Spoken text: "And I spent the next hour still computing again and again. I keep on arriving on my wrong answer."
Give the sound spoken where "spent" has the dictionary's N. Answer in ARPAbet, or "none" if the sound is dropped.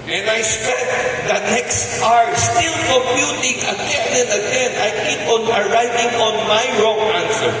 none